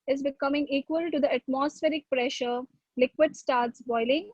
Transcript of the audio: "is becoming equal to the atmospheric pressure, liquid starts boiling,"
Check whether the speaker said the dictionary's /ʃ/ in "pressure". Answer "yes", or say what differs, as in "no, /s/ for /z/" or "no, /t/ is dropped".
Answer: yes